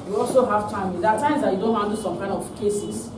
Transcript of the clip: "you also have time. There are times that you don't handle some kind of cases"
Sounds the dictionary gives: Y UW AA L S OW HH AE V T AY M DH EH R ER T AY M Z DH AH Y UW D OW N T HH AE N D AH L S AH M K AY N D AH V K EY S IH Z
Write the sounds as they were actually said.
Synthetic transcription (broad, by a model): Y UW AA L S OW HH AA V T AY M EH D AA T AY M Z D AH Y UW D OW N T HH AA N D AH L S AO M K AY N D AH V K EY S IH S